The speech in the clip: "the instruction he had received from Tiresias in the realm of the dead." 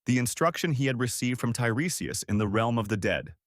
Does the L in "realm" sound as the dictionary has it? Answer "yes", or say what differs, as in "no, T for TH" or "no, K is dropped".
yes